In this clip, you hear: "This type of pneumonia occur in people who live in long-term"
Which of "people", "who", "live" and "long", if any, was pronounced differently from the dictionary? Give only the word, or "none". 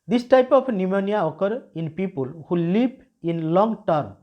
live